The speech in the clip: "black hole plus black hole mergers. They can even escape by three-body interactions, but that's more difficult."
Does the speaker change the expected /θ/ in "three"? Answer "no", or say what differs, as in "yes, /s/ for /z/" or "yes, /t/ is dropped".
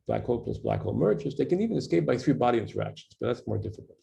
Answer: no